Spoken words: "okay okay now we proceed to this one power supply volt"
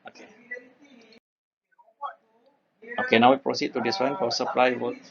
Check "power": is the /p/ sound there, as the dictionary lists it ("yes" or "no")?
no